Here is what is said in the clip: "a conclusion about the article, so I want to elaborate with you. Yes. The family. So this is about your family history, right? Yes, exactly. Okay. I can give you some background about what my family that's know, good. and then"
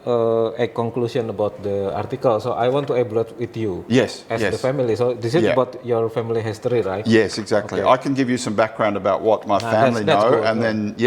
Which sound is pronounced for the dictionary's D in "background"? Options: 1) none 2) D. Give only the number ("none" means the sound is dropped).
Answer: 2